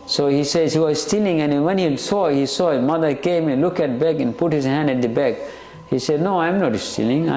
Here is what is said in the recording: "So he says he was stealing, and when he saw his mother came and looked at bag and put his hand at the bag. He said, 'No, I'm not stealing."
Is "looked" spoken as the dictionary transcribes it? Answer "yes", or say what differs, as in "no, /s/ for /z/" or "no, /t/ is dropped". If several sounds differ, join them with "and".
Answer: no, /t/ is dropped